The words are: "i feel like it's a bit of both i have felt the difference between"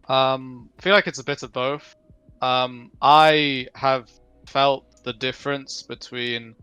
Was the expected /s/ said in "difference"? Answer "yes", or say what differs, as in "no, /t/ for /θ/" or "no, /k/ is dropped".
yes